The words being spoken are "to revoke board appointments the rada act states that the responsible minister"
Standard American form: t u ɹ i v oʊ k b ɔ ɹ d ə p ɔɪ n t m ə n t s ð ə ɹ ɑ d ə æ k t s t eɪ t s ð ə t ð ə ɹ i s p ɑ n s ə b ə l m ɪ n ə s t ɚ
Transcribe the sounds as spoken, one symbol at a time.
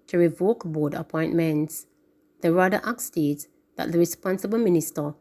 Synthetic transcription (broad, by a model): t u ɹ i v oʊ k b ɔ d ə p ɔɪ n t m ə n t s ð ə ɹ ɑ d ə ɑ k s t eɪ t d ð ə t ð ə ɹ i s p ɑ n s ə b ə l m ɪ n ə s t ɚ